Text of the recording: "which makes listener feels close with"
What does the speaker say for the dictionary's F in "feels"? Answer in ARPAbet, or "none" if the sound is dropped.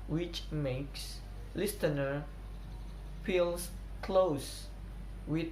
P